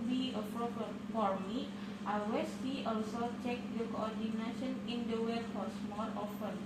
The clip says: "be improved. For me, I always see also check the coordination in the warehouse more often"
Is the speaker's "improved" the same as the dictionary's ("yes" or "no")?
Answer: no